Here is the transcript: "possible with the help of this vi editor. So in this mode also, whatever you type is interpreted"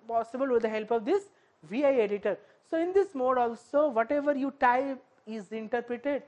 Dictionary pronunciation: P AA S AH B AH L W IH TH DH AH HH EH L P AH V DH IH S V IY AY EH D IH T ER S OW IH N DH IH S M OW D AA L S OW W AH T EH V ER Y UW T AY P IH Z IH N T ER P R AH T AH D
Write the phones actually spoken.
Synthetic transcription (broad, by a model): P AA S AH B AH L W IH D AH HH EH L P AH V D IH S V IY AY EH D IH T ER S OW IH N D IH S M OW D AA L S OW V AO T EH V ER Y UW T AY IH Z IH N T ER P R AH T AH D